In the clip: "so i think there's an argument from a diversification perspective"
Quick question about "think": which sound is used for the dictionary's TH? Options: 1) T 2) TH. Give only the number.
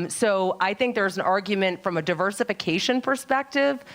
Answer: 2